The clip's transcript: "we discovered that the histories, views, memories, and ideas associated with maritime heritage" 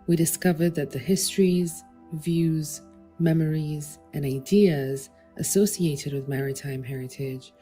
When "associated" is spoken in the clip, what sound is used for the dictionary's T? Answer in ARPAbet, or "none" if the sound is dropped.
T